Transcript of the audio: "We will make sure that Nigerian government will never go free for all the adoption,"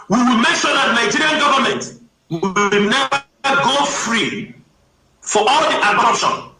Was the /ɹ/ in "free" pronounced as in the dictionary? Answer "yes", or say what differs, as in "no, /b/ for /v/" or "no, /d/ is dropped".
yes